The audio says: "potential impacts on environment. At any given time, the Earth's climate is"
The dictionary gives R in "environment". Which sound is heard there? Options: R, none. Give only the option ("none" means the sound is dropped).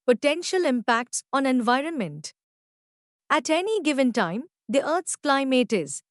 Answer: R